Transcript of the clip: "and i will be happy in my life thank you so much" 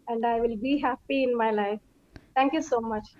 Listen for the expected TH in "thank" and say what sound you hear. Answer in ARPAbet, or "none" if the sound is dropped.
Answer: T